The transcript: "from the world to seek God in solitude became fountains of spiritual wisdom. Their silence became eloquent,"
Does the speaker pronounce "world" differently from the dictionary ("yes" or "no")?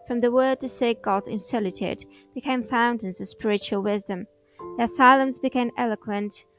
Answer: yes